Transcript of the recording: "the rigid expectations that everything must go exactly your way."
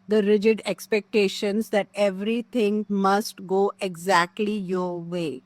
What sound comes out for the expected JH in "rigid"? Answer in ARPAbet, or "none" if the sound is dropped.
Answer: JH